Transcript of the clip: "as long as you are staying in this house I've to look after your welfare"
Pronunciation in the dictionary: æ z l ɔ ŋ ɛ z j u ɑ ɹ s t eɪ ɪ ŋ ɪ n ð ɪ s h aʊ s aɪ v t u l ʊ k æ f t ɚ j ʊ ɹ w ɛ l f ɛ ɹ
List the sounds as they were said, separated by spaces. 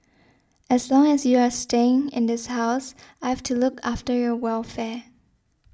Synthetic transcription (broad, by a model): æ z l ɔ ŋ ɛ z j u ɑ ɹ s t eɪ ɪ ŋ ɪ n ð ɪ s h aʊ s aɪ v t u l ʊ k æ f t ɚ j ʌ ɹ w ɛ l f ɛ ɹ